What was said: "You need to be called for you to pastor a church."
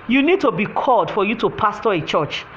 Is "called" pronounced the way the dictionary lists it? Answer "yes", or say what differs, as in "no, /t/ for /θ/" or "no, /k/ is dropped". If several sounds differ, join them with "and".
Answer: yes